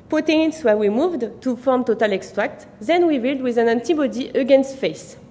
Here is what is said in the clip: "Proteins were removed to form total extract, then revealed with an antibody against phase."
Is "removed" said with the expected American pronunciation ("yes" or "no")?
no